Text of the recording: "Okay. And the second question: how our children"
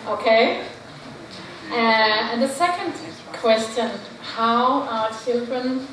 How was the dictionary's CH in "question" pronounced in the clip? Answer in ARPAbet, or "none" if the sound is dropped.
CH